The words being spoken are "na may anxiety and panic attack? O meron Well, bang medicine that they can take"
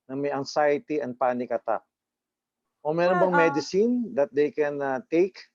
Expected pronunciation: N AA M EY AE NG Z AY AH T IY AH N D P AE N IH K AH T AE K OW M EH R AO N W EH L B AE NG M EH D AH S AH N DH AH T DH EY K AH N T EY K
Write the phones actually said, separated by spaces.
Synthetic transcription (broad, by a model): N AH M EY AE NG S AY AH T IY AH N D P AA N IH K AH T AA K OW M EH R AO N B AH NG M EH D AH S AH N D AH T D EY K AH N T EY K